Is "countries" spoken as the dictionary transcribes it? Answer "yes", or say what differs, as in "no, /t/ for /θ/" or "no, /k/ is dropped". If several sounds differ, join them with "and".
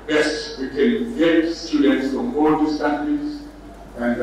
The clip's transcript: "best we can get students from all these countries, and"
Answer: no, /n/ is dropped